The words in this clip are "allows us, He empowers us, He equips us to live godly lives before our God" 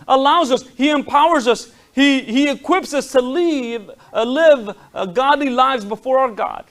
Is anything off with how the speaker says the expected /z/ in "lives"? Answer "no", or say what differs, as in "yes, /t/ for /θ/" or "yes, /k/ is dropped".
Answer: no